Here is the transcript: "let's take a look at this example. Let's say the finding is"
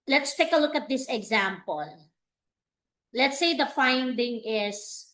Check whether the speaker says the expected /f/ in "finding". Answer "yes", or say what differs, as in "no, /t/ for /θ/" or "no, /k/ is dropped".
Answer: yes